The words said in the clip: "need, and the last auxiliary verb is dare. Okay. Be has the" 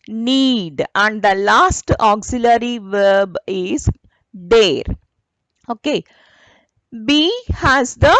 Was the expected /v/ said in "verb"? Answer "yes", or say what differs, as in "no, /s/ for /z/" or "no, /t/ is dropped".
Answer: yes